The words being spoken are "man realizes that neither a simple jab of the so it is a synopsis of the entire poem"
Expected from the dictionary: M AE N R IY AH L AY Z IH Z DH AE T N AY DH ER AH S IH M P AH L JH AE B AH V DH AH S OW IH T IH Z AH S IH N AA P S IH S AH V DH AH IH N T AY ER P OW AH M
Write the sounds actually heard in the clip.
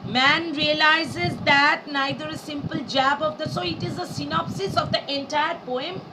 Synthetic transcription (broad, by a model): M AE N R IY AH L AY Z IH Z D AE T N AY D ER AH S IH M P AH L JH AE B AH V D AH S OW IH T IH Z AH S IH N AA P S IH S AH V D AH IH N T AY ER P OW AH M